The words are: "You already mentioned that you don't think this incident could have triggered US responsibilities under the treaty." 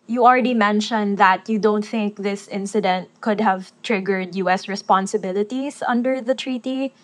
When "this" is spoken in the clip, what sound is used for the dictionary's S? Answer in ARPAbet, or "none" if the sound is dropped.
S